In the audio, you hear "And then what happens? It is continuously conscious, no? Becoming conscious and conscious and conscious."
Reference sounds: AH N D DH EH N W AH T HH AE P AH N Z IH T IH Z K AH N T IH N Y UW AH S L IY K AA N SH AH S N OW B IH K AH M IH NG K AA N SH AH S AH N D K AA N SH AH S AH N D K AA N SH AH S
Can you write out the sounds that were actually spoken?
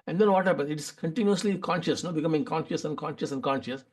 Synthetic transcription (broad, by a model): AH N D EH N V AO T HH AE P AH N IH T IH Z K AH N T IH N Y UW AH S L IY K AA N SH AH S N OW B IH K AH M IH NG K AA N SH AH S AH N D K AA N SH AH S AH N D K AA N SH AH S